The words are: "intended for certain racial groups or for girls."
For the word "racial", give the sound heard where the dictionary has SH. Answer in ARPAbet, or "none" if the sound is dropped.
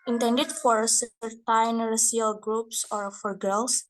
S